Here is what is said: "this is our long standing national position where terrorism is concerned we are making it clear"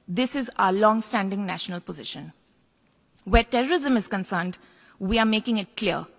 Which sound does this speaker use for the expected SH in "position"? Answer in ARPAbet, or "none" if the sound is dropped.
SH